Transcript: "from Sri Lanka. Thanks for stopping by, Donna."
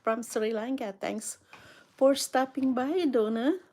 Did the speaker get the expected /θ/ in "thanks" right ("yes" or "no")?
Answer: no